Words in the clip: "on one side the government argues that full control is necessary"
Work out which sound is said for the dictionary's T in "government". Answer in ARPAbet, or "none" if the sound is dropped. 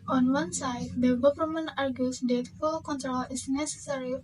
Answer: none